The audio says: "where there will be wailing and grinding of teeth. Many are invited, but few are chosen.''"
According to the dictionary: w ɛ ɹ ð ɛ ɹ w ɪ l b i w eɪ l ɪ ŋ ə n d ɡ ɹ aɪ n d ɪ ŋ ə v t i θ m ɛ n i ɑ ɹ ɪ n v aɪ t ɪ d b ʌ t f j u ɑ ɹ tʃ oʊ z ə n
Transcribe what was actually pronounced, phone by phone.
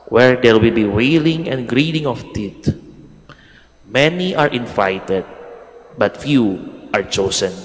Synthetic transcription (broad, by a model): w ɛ ɹ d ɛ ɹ w ɪ l b i w eɪ l ɪ ŋ ə n d ɡ ɹ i d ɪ ŋ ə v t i t m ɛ n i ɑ ɹ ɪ n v aɪ t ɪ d b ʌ t f j u ɑ ɹ tʃ oʊ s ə n